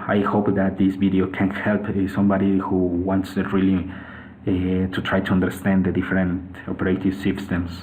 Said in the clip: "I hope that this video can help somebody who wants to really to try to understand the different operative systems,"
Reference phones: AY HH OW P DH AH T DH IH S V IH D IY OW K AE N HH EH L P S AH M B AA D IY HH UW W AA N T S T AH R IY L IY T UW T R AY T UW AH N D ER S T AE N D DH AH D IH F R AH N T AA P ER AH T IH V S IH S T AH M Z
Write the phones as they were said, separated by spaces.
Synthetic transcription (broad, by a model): AY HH OW P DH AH T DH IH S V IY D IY OW K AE N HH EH L P S AH M B AA D IY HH UW W AA N T S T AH L IY IY T UW T R AY T UW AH N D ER S T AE N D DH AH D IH F R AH N T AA P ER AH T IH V S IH S T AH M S